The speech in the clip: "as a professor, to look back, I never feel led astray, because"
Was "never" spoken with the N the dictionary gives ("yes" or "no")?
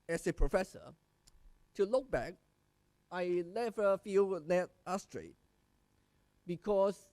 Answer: no